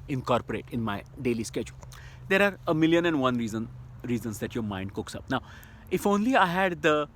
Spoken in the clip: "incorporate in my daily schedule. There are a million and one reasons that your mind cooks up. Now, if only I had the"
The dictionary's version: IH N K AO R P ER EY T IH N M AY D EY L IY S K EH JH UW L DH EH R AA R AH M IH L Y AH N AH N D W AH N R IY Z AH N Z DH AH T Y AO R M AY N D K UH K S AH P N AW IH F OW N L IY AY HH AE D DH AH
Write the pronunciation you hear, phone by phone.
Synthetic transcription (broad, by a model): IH N K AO R P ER EY T IH N M AY D EY L IY S K EH JH UW L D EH R AA R AH M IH L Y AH N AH N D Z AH N R IY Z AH N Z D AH T Y AO R M AY N D K UH K S AH P N AW IH F OW N L IY AY HH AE D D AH